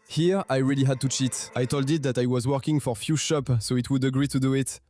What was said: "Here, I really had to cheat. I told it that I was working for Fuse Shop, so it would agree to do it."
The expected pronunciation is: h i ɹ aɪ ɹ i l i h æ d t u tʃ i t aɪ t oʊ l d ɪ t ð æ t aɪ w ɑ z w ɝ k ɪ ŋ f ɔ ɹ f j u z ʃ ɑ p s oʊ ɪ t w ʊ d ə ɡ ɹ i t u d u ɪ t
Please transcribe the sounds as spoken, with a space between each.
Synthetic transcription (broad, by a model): h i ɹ aɪ ɹ i l i h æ d t u tʃ i t aɪ t oʊ l d ɪ t ð æ t aɪ w ɑ z w ɝ k ɪ ŋ f ɔ ɹ f j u ʃ ɑ p s oʊ ɪ t w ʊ d ə ɡ ɹ i t u d u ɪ t